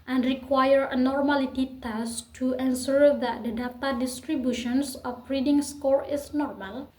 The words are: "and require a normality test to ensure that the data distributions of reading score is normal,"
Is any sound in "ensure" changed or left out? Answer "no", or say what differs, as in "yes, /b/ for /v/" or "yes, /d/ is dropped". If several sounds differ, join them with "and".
yes, /s/ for /ʃ/